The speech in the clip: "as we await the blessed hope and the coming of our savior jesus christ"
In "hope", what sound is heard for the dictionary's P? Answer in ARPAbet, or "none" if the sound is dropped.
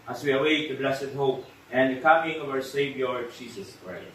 P